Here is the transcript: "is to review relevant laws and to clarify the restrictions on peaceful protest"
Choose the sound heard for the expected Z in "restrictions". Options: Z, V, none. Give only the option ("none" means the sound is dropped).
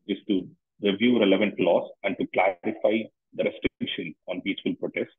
none